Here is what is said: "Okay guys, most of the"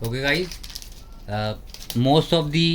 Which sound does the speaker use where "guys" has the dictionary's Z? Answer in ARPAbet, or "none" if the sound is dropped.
none